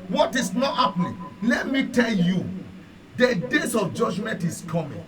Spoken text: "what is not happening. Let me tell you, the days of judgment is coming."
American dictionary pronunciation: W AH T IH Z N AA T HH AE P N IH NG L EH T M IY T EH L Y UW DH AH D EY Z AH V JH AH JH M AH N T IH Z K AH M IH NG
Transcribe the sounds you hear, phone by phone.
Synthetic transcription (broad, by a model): W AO T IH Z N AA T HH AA P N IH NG L EH T M IY T EH L Y UW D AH D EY S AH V JH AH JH M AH N T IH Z K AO M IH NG